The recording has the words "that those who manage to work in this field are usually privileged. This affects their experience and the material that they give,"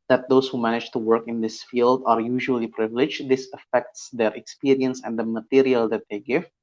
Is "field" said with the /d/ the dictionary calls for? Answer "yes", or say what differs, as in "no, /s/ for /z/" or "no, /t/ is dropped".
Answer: yes